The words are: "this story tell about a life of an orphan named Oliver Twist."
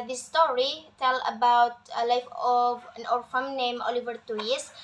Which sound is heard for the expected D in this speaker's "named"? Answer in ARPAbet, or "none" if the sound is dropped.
none